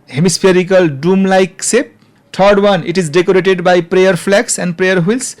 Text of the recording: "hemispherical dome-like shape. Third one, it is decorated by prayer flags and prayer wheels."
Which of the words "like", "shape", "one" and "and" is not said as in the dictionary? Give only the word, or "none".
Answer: shape